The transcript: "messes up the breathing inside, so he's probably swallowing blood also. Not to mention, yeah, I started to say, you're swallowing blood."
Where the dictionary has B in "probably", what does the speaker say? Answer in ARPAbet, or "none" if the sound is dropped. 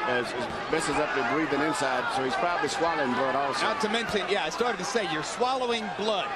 B